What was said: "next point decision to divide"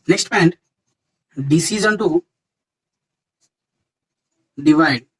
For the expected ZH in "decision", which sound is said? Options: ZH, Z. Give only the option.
Z